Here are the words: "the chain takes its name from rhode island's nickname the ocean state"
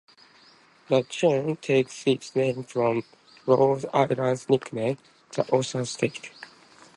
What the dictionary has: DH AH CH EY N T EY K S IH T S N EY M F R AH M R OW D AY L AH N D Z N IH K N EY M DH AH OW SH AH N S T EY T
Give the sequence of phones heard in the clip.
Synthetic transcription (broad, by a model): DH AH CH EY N T EY K S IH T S N EY M F R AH M R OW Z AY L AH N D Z N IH K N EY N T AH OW S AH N S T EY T